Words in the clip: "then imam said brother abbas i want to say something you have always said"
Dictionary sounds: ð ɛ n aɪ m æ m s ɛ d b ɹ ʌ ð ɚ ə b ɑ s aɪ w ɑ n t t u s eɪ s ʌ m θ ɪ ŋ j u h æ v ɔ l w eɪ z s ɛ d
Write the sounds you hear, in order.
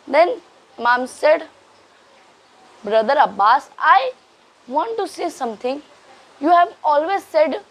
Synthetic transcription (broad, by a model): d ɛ n m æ m s ɛ d b ɹ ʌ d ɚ ə b ɑ s aɪ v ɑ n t t u s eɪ s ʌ m t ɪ ŋ j u h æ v ɔ l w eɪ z s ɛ d